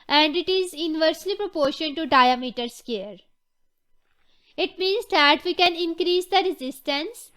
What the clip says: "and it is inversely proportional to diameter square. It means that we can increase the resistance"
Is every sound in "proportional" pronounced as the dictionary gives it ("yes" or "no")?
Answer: no